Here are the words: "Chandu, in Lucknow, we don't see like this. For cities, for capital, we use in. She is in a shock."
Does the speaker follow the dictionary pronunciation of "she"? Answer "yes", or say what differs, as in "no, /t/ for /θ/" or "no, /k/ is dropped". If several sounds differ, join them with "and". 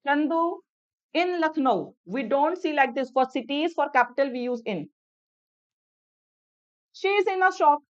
yes